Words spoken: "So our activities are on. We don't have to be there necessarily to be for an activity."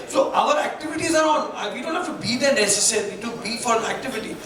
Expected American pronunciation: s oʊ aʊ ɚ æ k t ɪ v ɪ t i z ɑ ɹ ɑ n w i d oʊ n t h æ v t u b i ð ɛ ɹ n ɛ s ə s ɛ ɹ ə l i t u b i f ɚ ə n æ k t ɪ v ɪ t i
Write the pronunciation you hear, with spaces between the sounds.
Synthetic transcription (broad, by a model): s oʊ aʊ ɚ æ k t ɪ v ɪ t i z ɑ ɹ ɑ n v i d oʊ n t h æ f t u b i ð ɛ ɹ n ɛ s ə s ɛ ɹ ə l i t u b i f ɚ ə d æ k t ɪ v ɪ t i